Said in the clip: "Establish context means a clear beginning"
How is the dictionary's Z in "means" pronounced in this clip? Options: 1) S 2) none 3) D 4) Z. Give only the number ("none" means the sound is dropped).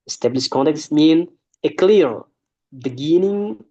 2